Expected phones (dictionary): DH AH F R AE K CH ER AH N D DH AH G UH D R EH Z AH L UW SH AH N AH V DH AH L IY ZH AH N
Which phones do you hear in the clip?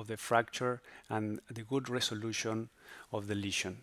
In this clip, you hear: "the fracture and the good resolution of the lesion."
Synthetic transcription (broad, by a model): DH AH F R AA K CH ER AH N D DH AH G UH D R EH S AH L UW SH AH N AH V DH AH L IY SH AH N